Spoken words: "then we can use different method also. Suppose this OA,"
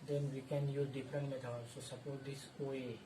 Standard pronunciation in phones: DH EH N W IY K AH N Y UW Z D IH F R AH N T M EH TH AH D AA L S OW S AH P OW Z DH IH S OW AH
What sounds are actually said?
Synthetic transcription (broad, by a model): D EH N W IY K AH N Y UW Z D IH F R AH N T M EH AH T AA S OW S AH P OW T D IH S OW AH